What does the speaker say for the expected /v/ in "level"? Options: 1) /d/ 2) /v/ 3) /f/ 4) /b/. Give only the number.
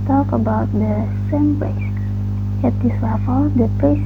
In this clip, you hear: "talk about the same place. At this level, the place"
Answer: 3